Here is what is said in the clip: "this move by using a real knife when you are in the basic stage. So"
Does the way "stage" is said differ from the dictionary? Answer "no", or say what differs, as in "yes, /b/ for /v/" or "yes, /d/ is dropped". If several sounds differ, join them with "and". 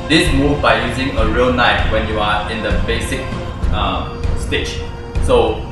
yes, /tʃ/ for /dʒ/